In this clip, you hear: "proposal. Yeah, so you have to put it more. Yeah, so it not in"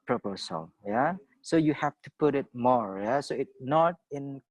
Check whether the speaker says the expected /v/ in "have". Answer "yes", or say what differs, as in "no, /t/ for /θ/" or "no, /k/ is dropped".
no, /f/ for /v/